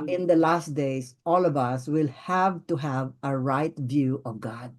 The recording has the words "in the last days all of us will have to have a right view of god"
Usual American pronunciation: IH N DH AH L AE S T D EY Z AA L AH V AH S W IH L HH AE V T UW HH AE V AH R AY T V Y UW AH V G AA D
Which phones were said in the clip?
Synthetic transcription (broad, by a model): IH N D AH L AE S T D EY S AA L AH V AH S W IH L HH AE V T UW HH AE V AH R AY T V Y UW AH V G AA D